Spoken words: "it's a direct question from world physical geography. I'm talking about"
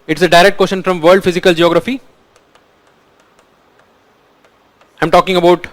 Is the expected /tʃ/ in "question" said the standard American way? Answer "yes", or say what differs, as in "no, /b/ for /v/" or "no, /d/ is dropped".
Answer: no, /ʃ/ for /tʃ/